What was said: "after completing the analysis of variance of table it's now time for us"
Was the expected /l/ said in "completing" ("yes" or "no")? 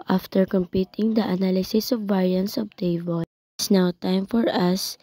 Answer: no